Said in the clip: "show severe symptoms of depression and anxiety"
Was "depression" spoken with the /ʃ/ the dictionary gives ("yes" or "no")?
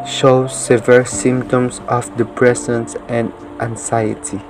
no